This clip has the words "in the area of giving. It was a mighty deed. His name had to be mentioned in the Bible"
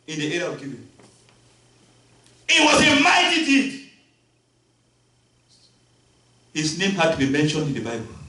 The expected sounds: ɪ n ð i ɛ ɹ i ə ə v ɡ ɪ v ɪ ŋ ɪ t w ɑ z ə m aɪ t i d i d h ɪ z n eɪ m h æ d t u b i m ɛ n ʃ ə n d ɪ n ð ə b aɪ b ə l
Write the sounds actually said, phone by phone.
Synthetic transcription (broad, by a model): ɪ n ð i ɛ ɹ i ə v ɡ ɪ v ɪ ɪ t w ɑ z ə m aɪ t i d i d h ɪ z n eɪ m h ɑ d t u b i m ɛ n ʃ ə n d ɪ n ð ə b aɪ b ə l